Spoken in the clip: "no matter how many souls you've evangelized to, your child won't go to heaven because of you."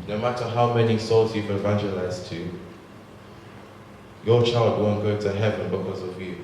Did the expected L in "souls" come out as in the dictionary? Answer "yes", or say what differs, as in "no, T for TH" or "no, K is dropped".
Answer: yes